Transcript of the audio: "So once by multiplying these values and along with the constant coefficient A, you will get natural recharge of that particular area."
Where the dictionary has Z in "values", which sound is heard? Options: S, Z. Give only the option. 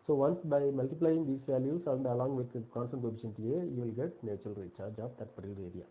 S